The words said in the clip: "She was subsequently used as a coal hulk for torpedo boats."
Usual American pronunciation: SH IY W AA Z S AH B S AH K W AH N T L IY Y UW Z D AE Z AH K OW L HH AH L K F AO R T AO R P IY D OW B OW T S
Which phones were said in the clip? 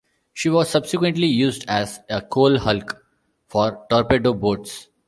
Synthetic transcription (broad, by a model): SH IY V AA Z S AH B S AH K W AH N T L IY Y UW Z D AE Z AH K OW L HH AH L K F AO R T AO R P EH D OW B OW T S